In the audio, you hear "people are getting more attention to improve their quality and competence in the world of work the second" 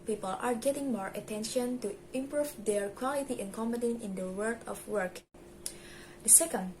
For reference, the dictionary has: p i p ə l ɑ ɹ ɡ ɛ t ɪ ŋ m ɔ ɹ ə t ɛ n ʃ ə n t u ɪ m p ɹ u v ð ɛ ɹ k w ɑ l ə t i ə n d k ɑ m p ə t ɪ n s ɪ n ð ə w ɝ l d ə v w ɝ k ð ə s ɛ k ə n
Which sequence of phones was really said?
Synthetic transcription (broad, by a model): p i p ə l ɑ ɹ ɡ ɛ t ɪ ŋ m ɔ ɹ ə t ɛ n ʃ ə n t u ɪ m p ɹ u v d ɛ ɹ k w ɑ l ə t i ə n k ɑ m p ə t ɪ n ɪ n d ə w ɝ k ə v w ɝ k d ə s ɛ k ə n